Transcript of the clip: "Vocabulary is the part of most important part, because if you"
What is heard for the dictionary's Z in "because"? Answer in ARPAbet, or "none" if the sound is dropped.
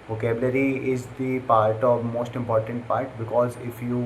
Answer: Z